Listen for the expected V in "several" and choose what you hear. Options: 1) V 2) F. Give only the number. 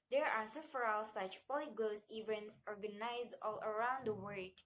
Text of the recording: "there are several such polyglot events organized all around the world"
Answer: 2